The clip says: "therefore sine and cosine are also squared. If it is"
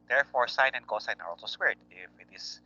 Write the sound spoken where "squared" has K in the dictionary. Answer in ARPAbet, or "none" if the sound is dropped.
none